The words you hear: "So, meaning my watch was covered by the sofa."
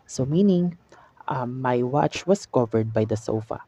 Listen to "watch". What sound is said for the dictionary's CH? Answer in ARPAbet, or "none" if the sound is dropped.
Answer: CH